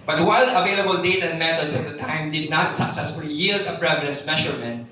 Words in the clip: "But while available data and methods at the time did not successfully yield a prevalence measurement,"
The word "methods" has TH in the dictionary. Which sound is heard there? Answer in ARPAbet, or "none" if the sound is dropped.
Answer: T